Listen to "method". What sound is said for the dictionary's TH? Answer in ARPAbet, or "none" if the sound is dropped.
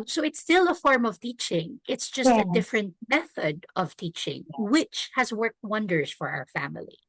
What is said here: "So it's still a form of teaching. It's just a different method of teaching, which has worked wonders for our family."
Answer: TH